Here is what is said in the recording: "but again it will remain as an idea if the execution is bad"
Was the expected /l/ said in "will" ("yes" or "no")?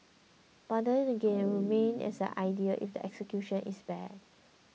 no